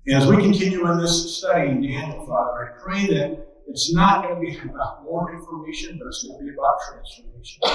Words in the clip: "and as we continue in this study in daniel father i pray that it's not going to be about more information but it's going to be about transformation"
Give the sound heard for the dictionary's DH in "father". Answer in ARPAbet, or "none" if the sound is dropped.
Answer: none